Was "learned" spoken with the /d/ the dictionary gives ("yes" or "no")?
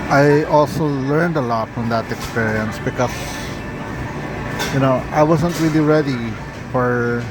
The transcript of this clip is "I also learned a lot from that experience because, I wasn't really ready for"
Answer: yes